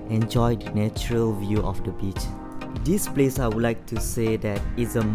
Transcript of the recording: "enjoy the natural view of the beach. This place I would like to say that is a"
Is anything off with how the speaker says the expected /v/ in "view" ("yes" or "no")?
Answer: no